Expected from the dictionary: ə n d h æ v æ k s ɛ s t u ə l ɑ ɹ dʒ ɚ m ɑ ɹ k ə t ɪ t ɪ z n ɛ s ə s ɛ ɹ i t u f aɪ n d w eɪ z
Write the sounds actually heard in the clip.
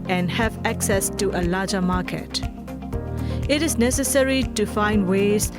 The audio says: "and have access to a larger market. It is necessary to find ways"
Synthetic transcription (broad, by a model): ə n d h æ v æ k s ɛ s t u ə l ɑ dʒ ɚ m ɑ k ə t ɪ t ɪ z n ɛ s ə s ɛ ɹ i t u f aɪ n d w eɪ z